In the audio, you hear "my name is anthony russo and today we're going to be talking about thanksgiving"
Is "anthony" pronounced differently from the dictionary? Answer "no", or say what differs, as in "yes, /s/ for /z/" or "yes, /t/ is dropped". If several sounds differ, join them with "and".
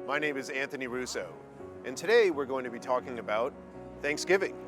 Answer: no